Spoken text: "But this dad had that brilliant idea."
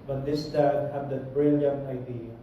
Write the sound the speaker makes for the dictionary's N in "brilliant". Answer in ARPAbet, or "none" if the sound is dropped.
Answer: N